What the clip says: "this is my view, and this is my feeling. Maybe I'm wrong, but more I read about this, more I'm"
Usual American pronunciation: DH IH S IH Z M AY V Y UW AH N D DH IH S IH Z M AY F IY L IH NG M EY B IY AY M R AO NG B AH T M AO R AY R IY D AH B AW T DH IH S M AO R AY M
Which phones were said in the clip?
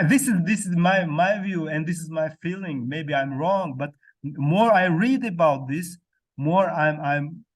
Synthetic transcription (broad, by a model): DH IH S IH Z M AY V Y UW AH N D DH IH S IH Z M AY F IY L IH NG M EY B IY AY M R AO NG B AH T M AO R AY R IY D AH B AW T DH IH S M AO R AY M